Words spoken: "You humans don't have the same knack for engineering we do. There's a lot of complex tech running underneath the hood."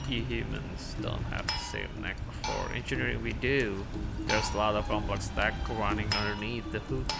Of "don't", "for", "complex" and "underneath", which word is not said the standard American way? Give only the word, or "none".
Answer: complex